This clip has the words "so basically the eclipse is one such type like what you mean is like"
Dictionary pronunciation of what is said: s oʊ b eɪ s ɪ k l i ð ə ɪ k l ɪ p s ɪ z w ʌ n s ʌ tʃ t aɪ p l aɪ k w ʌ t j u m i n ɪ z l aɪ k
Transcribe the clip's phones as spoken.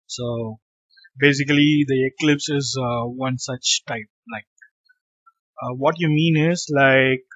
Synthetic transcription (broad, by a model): s oʊ b eɪ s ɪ k l i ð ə ɪ k l ɪ p s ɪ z w ʌ n s ʌ tʃ t aɪ p l aɪ k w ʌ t j u m i n ɪ z l aɪ k